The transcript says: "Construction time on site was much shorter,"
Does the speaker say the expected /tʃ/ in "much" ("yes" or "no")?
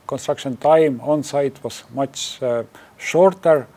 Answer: no